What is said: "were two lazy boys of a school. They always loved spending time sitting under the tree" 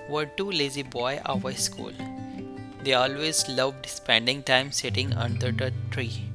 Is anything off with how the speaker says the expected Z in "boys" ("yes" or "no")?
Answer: yes